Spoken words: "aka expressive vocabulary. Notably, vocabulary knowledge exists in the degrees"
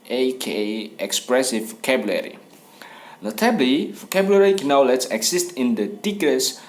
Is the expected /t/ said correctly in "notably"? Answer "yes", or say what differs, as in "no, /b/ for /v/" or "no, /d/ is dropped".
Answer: yes